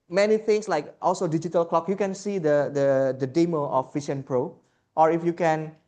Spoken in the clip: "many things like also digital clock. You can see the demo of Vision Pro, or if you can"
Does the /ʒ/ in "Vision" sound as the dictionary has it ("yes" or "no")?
no